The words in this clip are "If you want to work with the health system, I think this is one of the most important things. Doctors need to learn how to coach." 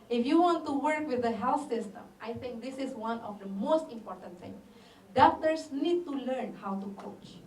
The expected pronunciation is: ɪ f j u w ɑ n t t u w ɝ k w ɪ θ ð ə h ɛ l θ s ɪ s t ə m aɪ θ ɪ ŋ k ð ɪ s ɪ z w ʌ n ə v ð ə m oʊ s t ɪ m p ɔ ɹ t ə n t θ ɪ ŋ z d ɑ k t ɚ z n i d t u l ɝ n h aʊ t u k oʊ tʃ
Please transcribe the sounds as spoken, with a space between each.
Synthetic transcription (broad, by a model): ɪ f j u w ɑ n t t u w ɝ k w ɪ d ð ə h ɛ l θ s ɪ s t ə m aɪ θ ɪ ŋ k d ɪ s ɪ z w ʌ n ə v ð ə m oʊ s t ɪ m p ɔ ɹ t ə n t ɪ ŋ d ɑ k t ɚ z n i d t u l ɝ n h aʊ t u k oʊ tʃ